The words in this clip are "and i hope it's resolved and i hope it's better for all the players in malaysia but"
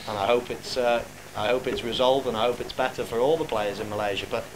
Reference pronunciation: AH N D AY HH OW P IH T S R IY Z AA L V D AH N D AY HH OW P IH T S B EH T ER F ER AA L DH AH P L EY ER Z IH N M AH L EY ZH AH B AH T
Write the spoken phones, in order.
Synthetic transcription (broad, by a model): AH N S AY HH OW P IH T S R IY Z AA L V D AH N AY HH OW P IH T S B EH T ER F ER AA L DH AH P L EY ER Z IH N M AH L EY ZH AH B AH T